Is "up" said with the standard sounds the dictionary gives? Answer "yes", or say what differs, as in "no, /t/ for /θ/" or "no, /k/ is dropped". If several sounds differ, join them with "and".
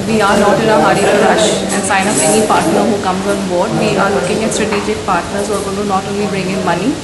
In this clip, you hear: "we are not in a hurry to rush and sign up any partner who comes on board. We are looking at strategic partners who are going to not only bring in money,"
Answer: no, /f/ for /p/